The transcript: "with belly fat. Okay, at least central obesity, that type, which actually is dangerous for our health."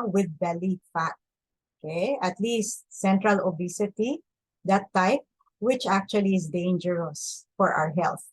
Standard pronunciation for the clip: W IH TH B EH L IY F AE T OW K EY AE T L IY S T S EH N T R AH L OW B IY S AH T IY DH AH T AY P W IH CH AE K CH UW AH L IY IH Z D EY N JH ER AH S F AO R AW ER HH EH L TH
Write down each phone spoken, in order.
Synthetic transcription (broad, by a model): W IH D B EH L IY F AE T OW K EY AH T L IY S T S EH N T R AH L OW B IY S AH T IY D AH T AY P W IH CH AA K CH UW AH L IY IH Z D EY N JH ER AH S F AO R AW ER HH EH L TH